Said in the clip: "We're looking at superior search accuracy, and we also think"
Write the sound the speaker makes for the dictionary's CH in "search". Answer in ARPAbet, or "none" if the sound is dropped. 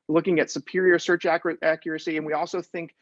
CH